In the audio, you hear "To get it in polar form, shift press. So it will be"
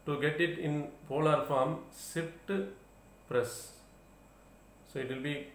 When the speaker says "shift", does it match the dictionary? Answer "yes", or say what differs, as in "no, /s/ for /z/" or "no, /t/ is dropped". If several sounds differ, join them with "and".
no, /s/ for /ʃ/